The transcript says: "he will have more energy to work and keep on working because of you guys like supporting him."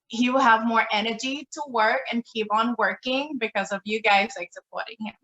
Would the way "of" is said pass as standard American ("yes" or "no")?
yes